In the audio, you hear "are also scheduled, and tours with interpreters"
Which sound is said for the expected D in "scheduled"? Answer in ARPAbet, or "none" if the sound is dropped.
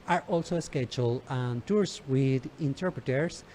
none